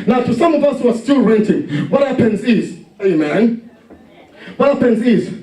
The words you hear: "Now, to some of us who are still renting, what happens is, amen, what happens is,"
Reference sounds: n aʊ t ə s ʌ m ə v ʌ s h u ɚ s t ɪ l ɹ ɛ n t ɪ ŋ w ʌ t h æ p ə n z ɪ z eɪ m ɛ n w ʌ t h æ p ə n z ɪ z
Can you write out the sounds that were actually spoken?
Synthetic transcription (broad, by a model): n aʊ t ə s ʌ m ə v ʌ s h u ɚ s t ɪ l ɹ ɛ n t ɪ ŋ w ʌ t h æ p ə n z ɪ z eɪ m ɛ n w ʌ t h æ p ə n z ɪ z